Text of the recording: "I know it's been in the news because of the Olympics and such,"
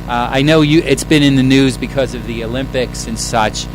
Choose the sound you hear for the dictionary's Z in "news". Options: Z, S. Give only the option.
Z